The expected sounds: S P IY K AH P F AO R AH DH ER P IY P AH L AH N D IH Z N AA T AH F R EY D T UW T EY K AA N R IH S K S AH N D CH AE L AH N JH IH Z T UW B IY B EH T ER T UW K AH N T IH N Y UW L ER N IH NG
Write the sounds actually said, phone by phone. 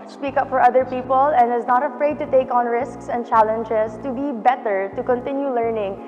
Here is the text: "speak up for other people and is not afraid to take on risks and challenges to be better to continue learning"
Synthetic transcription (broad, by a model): S P IY K AH P F AO R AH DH ER P IY P AH L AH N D IH Z N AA T AH F R EY D T UW T EY K AA N R IH S K S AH N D CH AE L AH N JH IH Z T UW B IY B EH T ER T UW K AH N T IH N Y UW L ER N IH NG